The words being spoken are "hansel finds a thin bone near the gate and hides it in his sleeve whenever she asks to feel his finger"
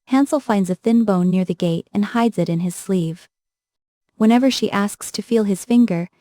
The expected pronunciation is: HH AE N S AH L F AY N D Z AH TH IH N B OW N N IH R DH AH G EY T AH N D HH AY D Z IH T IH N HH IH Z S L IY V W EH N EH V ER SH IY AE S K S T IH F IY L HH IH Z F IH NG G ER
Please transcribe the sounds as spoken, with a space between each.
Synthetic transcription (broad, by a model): HH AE N S L F AY N D Z AH TH IH N B OW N N IH R DH AH G EY T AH N HH AY D Z IH T IH N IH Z S L IY V W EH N EH V ER SH IY AE S K S T IH F IY L IH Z F IH NG G ER